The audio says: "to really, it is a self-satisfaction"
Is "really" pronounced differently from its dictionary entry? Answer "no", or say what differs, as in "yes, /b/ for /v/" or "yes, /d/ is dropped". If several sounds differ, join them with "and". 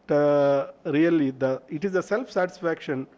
yes, /l/ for /ɹ/